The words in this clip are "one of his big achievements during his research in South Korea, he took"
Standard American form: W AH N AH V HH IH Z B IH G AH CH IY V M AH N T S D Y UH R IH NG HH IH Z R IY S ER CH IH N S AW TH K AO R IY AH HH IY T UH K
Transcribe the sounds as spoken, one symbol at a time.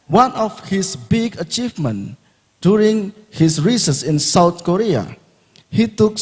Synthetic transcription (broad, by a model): W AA N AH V HH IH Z B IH G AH CH IY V M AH N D Y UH R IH NG HH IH S R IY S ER S IH N S AW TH K AO R IY AH HH IY T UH K